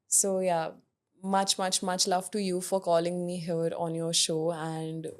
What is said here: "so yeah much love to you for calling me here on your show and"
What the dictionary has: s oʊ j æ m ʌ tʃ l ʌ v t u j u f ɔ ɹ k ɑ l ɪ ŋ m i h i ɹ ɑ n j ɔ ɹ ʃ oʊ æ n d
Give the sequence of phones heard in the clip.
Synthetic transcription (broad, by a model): s oʊ j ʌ m ʌ tʃ l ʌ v t u j u f ɔ ɹ k ɑ l ɪ ŋ m i h i ɹ ɑ n j ɔ ɹ ʃ oʊ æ n d